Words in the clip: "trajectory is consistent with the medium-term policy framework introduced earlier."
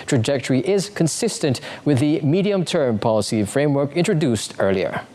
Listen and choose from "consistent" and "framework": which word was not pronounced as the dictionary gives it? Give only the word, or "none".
none